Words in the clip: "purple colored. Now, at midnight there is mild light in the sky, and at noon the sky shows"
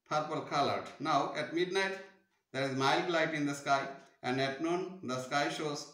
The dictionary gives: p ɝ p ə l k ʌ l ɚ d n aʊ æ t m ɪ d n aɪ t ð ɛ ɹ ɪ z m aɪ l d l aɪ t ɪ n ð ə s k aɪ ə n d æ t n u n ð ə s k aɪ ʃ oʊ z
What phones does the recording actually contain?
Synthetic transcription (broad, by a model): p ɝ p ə l k ʌ l ɚ d n aʊ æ t m ɪ d n aɪ t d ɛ ɹ ɪ z m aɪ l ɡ l aɪ t ɪ n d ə s k aɪ ə n d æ t n u n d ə s k aɪ ʃ oʊ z